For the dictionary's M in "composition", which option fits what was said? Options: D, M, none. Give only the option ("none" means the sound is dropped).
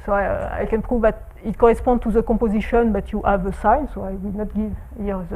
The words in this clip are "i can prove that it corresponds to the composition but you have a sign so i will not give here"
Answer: none